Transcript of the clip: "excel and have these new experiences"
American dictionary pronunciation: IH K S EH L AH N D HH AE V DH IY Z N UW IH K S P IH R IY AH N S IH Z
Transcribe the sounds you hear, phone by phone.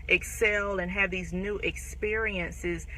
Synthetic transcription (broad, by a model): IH K S EH L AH N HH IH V DH IY Z N UW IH K S P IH R IY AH N S IH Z